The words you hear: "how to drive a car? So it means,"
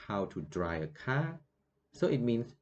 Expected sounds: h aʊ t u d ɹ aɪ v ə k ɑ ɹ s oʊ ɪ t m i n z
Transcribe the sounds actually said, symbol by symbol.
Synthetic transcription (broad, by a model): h aʊ t u d ɹ aɪ ə k ɑ s oʊ ɪ t m i n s